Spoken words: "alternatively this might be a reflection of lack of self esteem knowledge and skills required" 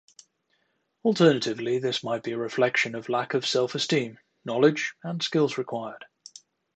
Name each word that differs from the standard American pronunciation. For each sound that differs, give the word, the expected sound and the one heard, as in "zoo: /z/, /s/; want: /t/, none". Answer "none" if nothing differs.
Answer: none